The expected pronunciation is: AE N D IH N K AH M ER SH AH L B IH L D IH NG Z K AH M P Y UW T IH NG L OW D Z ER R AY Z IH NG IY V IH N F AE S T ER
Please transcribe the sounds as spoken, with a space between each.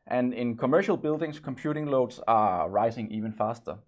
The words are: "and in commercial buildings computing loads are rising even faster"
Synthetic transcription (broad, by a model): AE N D IH N K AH M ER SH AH L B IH L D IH NG S K AH M P Y UW T IH NG L OW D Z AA R AY S IH NG IY V IH N F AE S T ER